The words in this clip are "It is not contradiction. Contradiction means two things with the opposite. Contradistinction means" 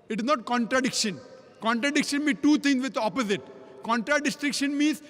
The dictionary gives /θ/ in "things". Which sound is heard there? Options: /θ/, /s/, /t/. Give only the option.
/t/